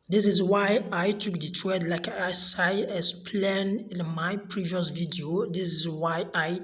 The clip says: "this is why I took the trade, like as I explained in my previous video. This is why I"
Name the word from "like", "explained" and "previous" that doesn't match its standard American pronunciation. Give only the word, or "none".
explained